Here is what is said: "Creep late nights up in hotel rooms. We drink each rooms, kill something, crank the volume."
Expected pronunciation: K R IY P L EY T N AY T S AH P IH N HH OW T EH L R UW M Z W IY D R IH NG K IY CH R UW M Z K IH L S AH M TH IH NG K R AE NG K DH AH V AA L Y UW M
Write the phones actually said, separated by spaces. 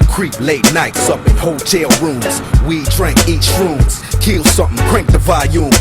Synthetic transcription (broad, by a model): K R IY P L EY T N AY T S AH P IH N HH OW T EH L R UW M Z W IY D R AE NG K IY CH R UW M Z K IH L S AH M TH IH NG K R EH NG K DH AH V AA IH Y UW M